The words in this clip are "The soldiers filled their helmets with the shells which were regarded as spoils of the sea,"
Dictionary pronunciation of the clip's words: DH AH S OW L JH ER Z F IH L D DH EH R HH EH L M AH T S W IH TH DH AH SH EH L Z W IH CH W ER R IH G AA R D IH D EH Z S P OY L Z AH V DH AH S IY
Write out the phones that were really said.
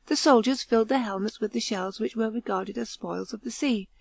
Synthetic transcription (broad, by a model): DH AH S OW L JH ER Z F IH L D DH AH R HH EH L M AH T S W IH DH AH SH EH L Z W IH CH W ER R IH G AA R D IH D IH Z S P OY L Z AH V DH AH S IY